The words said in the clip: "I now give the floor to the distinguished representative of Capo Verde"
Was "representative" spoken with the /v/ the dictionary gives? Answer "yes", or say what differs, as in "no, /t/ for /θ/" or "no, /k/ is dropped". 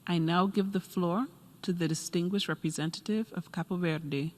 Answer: yes